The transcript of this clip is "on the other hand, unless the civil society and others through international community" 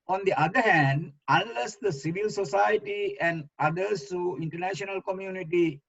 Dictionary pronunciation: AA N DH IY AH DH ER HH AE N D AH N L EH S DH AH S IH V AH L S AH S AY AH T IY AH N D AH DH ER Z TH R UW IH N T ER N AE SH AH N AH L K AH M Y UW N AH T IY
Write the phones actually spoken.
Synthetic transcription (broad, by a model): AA N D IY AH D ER HH AE N D AH N L EH S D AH S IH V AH L S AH S AY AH T IY AH N D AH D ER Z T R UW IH N T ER N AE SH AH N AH L K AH M Y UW N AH T IY